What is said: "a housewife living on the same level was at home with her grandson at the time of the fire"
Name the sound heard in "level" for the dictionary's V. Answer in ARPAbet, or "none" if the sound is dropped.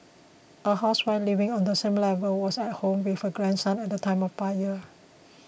V